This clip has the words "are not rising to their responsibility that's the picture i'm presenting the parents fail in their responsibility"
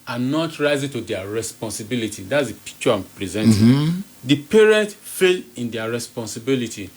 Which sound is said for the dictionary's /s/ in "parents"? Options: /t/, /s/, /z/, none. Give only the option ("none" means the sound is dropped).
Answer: none